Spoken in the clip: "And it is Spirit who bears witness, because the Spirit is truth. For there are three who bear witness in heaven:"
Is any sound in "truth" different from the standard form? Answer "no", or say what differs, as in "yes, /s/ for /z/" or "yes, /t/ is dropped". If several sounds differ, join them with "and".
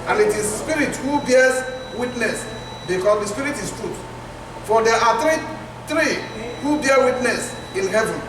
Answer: yes, /t/ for /θ/